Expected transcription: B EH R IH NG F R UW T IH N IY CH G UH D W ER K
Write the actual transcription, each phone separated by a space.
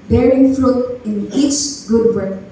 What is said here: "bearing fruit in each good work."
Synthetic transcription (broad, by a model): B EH R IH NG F L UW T IH N IY CH G UH D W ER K